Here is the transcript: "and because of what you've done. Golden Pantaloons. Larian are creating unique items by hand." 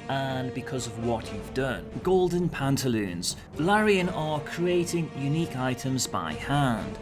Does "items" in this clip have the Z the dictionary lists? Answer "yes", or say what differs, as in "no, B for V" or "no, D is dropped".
yes